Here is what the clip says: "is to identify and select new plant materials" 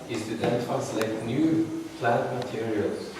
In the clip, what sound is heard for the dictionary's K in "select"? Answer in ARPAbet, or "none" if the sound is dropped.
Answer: none